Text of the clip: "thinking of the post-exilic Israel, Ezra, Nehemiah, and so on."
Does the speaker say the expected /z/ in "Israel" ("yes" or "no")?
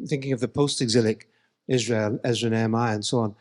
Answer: yes